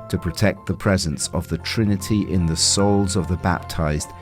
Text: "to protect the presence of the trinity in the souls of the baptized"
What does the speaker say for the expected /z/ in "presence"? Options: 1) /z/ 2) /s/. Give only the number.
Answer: 1